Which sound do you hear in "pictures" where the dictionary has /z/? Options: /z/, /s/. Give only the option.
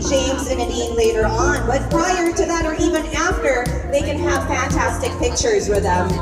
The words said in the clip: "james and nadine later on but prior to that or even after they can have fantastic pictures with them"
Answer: /z/